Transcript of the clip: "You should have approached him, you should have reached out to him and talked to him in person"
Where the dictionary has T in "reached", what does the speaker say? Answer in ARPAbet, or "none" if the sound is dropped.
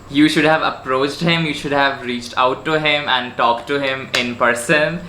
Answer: T